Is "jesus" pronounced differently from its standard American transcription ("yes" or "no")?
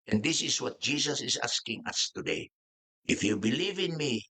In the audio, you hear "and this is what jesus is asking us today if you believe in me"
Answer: yes